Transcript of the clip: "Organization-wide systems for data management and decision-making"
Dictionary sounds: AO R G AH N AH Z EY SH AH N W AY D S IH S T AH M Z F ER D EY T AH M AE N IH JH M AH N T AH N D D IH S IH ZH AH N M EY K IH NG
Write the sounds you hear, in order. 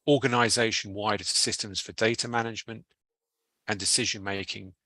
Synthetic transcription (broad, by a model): AO G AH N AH Z EY SH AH N W AY D S IH S T AH M Z F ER D EY T AH M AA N IH JH M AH N T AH N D D IH S IH ZH AH N M EY K IH NG